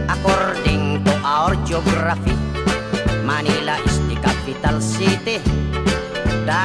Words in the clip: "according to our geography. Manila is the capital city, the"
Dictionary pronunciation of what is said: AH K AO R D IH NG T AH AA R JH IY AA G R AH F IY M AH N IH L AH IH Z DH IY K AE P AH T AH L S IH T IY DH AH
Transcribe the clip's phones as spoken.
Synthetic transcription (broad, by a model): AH K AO R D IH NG T AH AA R JH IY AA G R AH F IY M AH N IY L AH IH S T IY K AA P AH T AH L S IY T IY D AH